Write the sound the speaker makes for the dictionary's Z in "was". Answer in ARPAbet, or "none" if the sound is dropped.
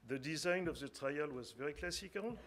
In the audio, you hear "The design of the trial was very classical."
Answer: Z